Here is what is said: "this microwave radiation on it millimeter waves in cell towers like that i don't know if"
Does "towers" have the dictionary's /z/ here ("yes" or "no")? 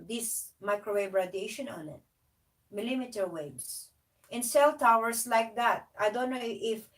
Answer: no